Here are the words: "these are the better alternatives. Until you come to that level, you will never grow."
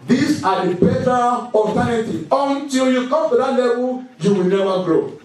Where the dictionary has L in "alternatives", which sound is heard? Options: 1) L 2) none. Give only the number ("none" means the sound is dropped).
2